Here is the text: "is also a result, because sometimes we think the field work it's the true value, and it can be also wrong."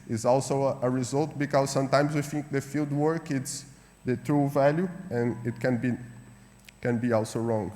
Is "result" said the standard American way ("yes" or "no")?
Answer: yes